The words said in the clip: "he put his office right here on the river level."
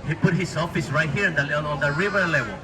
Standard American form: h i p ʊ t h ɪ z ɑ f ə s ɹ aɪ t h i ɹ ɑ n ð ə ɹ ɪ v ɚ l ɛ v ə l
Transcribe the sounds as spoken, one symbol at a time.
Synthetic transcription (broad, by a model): h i p ʊ t h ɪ s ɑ f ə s ɹ aɪ t h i ɹ ɑ n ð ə ɹ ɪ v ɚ l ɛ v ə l